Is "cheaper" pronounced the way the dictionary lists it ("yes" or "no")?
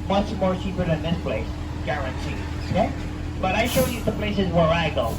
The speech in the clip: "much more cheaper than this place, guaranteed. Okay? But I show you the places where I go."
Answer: no